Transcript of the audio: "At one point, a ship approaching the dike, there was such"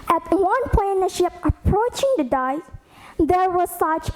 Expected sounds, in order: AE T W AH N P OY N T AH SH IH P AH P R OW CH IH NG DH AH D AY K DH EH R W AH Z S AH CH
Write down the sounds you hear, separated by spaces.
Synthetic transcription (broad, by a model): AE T W AH N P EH N AH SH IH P AH P R OW CH IH NG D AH D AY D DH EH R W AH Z S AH CH